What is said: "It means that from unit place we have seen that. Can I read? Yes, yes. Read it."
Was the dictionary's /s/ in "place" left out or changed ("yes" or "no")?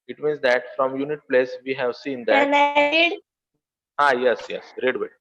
no